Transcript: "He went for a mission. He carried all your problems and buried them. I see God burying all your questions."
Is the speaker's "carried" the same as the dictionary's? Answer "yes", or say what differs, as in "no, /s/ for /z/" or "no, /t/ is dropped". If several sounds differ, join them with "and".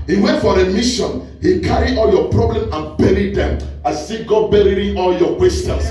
no, /d/ is dropped